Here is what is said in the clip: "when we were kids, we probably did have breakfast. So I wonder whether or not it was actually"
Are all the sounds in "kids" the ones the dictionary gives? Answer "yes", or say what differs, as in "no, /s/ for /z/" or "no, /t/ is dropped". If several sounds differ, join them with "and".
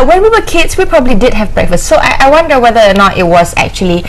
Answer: no, /s/ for /z/